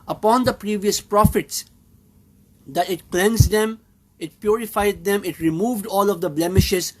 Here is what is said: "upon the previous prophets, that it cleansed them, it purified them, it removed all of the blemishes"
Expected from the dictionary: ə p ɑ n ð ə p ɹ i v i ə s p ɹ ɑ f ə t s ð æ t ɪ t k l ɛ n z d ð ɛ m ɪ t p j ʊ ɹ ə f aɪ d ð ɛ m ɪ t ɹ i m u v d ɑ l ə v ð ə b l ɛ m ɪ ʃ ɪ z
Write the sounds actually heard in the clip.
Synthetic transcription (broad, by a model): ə p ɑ n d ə p ɹ i v i ə s p ɹ ɑ f ə t s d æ t ɪ t k l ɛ n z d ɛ m ɪ t p j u ɹ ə f aɪ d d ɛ m ɪ t ɹ i m u v d ɑ l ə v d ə b l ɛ m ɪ ʃ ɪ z